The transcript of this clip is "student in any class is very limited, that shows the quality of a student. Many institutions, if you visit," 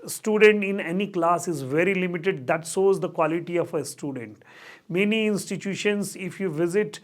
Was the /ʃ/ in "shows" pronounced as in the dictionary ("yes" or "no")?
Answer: no